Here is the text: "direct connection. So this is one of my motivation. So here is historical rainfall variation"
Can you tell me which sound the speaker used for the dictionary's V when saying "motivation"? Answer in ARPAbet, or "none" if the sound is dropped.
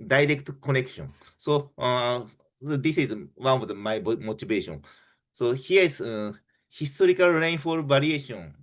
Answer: B